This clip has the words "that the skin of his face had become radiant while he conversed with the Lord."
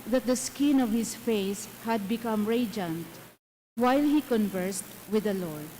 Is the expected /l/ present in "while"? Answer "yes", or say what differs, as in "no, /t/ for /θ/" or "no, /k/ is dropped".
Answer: yes